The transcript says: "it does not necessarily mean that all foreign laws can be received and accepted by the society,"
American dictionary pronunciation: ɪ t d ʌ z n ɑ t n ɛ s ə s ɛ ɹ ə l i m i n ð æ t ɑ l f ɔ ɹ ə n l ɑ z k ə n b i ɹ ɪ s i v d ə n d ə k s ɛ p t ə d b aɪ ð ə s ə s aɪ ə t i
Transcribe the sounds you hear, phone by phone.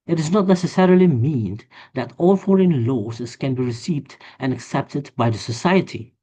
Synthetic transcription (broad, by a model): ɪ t d ʌ z n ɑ t n ɛ s ə s ɛ ɹ ə l i m i n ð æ t ɑ l f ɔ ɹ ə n l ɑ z k ə n b i ɹ ɪ s i v d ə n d ə k s ɛ p t ə d b aɪ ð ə s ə s aɪ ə t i